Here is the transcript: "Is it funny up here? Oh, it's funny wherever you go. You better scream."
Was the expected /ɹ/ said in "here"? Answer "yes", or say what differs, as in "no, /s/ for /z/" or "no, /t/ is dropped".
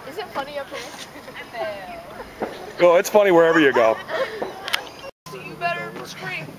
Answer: no, /w/ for /ɹ/